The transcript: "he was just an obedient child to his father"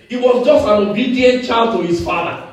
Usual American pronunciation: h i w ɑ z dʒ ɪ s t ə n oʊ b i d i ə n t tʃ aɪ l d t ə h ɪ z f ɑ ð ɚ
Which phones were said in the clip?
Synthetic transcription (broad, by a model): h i w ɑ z dʒ ɪ s t ə n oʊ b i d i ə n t tʃ aɪ l d t ə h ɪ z f ɑ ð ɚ